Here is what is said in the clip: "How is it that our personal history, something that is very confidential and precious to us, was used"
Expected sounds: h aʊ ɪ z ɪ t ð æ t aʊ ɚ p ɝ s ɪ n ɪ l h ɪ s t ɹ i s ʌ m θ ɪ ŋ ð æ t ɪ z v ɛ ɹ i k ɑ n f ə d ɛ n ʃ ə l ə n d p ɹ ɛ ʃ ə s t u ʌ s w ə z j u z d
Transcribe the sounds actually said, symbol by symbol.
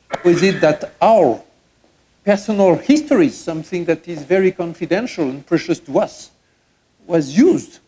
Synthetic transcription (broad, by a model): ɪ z ɪ t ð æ t aʊ ɚ p ɝ s ɪ n ɪ l h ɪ s t ɹ i s ʌ m θ ɪ ŋ ð æ t ɪ z v ɛ ɹ i k ɑ n f ə d ɛ n ʃ ə l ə n p ɹ ɛ ʃ ə s t u ʌ s w ə z j u z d